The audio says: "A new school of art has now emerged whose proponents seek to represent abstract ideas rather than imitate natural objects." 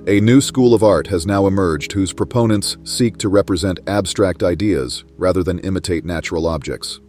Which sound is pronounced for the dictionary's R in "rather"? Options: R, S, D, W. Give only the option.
R